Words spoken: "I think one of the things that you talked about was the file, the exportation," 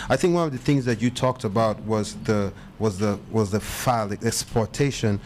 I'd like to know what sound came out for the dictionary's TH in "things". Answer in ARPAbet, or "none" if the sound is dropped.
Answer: TH